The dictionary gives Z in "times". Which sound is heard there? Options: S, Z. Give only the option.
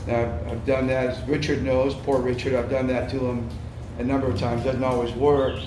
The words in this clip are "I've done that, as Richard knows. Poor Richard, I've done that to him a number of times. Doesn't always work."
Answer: Z